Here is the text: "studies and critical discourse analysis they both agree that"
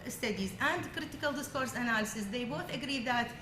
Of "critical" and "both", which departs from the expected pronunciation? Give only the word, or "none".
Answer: none